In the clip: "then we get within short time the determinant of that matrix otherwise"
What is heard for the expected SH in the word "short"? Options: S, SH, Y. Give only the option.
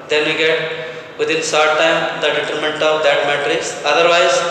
S